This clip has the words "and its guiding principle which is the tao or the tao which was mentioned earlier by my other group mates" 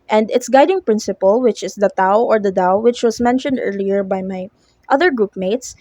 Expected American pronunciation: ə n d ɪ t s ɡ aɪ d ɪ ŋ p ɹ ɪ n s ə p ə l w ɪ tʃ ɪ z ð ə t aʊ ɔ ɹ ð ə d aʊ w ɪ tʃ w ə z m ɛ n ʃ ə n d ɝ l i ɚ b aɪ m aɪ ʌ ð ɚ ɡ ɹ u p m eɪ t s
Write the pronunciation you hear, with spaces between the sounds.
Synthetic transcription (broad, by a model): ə n d ɪ t s ɡ aɪ d ɪ ŋ p ɹ ɪ n s ə p ə l w ɪ tʃ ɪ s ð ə t aʊ ɔ ɹ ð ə d aʊ w ɪ tʃ w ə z m ɛ n ʃ ə n d ɝ l i ɚ b aɪ m aɪ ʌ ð ɚ ɡ ɹ u p m eɪ t s